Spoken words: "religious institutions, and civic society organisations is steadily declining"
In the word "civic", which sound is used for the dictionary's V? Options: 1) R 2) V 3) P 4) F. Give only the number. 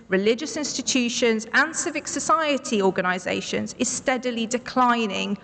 2